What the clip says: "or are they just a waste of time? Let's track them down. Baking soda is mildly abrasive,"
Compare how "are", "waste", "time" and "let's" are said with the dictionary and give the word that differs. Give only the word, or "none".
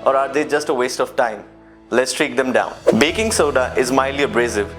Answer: none